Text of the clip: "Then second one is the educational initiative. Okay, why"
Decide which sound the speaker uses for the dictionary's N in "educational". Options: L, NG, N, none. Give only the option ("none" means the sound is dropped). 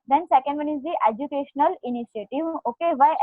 N